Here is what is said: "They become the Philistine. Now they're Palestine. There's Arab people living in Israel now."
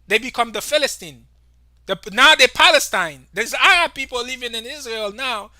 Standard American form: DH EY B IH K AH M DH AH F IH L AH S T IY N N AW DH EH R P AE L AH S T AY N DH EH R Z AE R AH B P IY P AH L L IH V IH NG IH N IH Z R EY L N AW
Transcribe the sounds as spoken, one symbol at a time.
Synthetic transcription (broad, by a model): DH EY B IH K AH M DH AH F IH L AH S T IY N N AW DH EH P AE L AH S T AY N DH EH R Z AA AH P IY P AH L L IH V IH NG IH N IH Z R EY L N AW